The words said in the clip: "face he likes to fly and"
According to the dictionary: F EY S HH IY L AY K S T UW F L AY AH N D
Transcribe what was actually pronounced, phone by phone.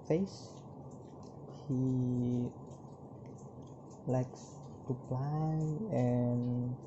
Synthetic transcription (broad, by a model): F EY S HH IY L AY K S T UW P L AY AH N